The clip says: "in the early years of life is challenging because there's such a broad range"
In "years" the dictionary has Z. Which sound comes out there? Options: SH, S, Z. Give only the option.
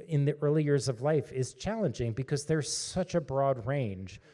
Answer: Z